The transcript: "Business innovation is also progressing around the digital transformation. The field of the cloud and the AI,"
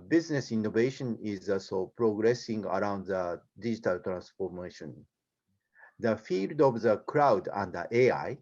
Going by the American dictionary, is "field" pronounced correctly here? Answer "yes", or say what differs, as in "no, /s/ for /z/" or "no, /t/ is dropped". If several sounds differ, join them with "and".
yes